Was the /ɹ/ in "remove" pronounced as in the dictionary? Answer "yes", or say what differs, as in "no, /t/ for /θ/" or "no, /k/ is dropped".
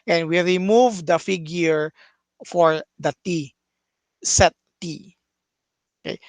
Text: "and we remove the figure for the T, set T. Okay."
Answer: yes